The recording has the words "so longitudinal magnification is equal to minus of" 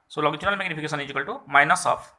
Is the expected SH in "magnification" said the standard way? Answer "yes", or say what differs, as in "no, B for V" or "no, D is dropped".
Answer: no, S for SH